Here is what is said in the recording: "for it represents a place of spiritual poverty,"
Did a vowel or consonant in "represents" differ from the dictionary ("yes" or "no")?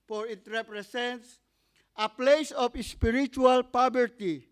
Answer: yes